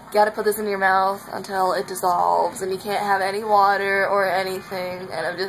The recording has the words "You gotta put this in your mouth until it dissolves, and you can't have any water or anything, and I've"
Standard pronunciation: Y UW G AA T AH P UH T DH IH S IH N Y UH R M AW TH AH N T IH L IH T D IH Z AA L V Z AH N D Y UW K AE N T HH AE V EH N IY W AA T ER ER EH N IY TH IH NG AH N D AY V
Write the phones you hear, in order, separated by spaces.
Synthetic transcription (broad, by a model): G AA T AH P UH T DH IH S IH N Y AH R M AW TH AH N T IH L IH T D IH Z AA L V Z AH N Y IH K AE N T HH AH V EH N IY W AA T ER ER EH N IY TH IH NG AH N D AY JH